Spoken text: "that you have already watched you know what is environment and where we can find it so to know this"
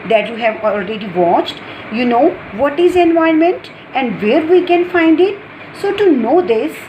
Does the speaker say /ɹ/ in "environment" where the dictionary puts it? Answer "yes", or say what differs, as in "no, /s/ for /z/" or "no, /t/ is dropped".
no, /ɹ/ is dropped